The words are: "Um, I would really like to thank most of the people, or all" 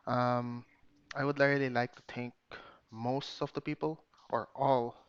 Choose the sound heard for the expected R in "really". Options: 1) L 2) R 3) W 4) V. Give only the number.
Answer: 1